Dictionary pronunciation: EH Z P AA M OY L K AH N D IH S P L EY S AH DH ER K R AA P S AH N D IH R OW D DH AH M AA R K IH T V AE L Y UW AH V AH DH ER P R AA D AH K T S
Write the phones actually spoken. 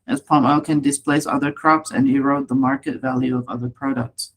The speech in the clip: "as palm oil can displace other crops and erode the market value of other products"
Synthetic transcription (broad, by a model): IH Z P AA M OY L K AH N D IH S P L EY S AH DH ER K R AA P S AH N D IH R OW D DH AH M AA R K IH T V AE L Y UW AH V AH DH ER P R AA D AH K T S